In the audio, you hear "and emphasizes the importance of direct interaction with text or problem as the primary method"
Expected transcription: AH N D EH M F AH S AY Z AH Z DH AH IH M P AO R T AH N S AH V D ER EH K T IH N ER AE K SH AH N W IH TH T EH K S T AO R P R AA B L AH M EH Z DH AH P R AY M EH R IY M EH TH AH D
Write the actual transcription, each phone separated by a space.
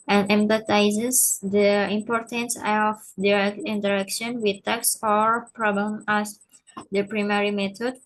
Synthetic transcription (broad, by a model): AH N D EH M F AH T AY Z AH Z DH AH IH M P AO R T AH N S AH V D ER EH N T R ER K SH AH N W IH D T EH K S AO R P R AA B AH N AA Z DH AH P R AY M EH R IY M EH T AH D